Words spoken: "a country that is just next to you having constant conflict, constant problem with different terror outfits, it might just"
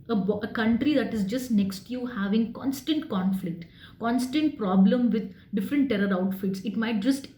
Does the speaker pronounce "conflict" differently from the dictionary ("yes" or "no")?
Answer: no